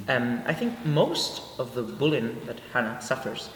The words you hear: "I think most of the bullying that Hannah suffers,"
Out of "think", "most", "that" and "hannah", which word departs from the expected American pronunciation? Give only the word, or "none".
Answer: none